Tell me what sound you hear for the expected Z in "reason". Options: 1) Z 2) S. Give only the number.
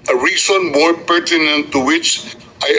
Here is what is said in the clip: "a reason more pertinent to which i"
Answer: 2